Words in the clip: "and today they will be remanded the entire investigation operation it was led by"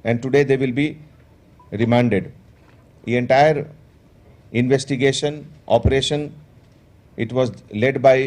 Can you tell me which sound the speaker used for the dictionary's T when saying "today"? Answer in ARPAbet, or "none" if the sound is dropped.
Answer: T